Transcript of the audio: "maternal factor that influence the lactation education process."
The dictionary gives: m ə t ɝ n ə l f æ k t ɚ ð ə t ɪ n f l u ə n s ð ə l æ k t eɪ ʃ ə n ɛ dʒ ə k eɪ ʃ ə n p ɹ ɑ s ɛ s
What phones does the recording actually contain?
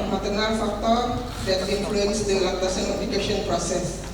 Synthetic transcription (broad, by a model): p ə t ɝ n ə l f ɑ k t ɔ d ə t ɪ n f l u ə n s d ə l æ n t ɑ s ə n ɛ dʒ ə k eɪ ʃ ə n p ɹ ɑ s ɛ s